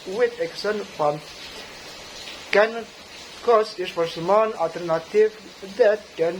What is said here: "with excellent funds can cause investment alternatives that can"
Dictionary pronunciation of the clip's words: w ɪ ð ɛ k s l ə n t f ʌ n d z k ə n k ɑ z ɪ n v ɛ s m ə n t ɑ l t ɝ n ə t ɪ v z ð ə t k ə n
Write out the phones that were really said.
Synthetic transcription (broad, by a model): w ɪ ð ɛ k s ə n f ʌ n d k ə n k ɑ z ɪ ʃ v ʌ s m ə n ɑ l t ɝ n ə t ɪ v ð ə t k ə n